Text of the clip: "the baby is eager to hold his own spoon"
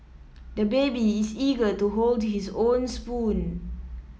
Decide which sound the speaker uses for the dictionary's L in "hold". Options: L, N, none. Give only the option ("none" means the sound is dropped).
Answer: L